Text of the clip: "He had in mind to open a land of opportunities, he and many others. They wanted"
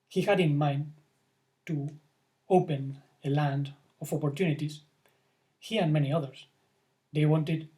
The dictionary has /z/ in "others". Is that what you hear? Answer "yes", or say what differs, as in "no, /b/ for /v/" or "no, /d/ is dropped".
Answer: no, /s/ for /z/